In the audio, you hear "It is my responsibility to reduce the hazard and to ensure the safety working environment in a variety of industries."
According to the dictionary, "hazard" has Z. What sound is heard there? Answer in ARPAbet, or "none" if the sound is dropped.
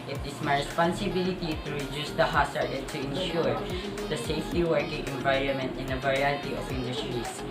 S